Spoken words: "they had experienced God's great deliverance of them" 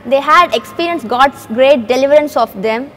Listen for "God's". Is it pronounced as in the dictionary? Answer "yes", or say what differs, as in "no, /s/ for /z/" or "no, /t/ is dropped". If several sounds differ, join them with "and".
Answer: no, /s/ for /z/